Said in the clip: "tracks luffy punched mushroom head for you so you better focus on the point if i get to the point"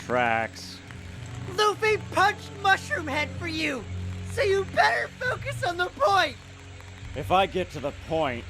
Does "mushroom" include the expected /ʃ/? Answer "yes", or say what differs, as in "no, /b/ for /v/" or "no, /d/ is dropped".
yes